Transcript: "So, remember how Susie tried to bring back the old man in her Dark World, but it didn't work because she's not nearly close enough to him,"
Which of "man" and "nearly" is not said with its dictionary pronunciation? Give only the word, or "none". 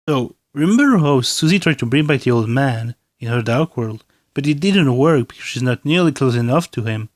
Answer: none